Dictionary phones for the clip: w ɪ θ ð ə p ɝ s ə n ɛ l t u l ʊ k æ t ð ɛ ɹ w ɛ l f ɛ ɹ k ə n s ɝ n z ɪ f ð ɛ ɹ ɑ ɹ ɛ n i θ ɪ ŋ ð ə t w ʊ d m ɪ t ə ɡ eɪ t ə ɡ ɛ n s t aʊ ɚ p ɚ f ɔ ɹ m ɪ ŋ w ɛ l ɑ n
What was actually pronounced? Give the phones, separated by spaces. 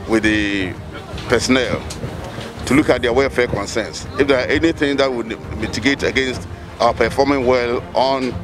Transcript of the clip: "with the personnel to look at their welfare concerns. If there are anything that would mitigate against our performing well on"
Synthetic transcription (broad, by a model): w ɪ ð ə p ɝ s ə n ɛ l t u l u k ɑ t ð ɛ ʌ w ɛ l f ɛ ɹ k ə n s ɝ n s ɪ f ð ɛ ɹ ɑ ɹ ɛ n i θ ɪ ŋ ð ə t w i m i t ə ɡ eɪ t ə ɡ ɛ n s t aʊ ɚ p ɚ f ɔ m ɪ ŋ w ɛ l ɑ n